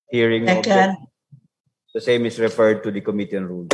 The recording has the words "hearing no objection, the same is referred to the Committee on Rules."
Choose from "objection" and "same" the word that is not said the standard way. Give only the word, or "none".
objection